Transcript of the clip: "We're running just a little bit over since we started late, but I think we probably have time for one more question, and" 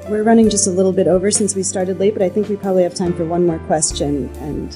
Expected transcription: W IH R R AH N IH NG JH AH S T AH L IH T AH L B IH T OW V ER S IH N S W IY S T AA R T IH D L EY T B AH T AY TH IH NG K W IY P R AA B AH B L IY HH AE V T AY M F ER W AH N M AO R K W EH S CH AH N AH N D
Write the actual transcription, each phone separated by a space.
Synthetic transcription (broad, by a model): W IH R R AH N IH NG JH AH S T AH L IH T L B IH T OW V ER S IH N S W IY S T AA R T IH D L EY T B AH T AY TH IH NG K W IY P R AA B AH B L IY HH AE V T AY M F ER W AH N M AO R K W EH S CH AH N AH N